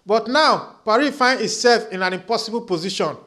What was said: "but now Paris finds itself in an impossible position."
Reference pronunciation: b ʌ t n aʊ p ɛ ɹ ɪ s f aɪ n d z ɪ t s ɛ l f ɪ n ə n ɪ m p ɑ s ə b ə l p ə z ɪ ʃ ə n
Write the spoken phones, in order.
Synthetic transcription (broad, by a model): b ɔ t n aʊ p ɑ ɹ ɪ f aɪ n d ɪ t s ɛ l f ɪ n ə n ɪ m p ɑ s ə b ə l p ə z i ʃ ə n